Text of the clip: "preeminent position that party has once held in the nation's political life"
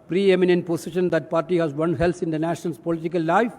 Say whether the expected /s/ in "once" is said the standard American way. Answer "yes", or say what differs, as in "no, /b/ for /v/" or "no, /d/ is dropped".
no, /s/ is dropped